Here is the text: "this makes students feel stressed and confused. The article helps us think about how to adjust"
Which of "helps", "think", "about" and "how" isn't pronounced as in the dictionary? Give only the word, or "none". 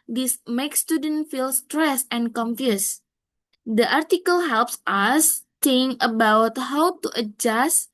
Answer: think